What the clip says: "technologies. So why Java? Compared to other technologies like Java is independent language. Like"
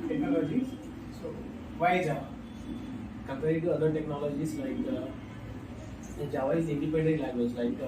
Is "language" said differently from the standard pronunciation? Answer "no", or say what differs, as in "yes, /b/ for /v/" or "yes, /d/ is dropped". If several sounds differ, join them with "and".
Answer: yes, /ŋ/ is dropped